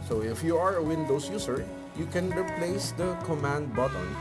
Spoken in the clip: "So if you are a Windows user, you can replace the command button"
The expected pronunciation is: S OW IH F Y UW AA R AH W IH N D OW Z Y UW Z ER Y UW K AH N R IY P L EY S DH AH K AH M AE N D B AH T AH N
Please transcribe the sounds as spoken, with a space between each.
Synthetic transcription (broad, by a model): S OW IH F Y UW AA R AH W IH N D OW S Y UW S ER Y UW K AH N R IY P L EY S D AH K AH M AE N D B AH T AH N